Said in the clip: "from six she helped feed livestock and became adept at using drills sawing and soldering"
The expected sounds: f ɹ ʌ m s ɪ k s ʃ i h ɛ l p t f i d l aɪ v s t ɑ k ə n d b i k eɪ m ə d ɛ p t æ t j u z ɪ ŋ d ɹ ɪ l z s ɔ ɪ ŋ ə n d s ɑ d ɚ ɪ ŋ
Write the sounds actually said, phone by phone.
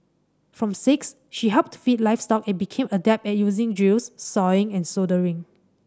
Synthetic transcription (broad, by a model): f ɹ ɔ m s ɪ k s ʃ i h ɛ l p t f i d l aɪ f s t ɑ k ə n b i k eɪ m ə d ɛ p ɛ t j u z ɪ ŋ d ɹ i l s s ɔ ɪ ŋ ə n s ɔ d ɚ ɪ ŋ